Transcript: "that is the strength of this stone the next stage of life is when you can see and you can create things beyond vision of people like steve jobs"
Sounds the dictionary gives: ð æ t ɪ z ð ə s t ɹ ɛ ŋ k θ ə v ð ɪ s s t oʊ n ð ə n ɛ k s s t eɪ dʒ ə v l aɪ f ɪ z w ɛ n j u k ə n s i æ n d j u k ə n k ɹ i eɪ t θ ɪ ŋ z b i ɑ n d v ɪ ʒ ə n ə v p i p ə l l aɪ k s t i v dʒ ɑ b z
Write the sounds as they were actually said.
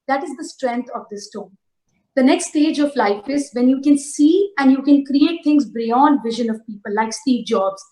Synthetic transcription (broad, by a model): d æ t ɪ z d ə s t ɹ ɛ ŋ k t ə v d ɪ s s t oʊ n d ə n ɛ k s s t eɪ dʒ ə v l aɪ f ɪ z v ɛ n j u k ə n s i æ n d j u k ə n k ɹ i eɪ t t ɪ ŋ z b i ɑ n d v ɪ ʒ ə n ə v p i p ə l l aɪ k s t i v dʒ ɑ b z